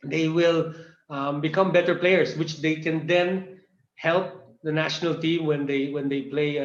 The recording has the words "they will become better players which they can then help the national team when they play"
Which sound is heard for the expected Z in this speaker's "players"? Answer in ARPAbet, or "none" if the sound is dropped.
S